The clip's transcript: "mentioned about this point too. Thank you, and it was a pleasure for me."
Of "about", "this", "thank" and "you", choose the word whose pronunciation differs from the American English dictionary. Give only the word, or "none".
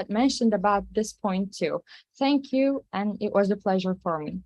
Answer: none